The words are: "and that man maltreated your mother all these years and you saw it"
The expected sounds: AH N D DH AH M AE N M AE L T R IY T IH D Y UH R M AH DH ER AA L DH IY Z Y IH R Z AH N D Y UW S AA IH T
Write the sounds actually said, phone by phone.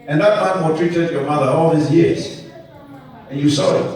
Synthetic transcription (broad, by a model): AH N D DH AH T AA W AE T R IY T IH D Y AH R M AH DH ER AA L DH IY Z Y IH R Z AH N Y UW S AA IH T